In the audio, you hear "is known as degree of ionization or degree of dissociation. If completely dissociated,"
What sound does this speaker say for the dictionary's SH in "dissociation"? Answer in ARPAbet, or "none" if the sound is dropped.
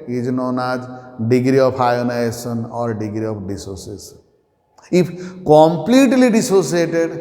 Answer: S